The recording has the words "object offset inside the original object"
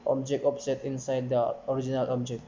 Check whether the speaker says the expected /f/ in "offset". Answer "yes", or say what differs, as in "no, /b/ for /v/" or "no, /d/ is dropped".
no, /p/ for /f/